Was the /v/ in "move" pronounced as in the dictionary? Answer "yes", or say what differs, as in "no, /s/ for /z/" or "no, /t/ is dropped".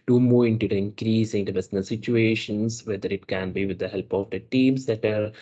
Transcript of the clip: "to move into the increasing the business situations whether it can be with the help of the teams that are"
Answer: no, /v/ is dropped